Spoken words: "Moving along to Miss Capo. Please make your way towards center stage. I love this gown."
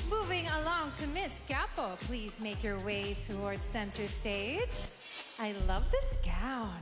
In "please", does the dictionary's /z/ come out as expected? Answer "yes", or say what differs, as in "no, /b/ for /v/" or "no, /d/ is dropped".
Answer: yes